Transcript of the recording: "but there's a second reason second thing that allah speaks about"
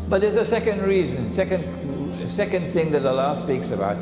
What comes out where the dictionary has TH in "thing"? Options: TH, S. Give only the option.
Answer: TH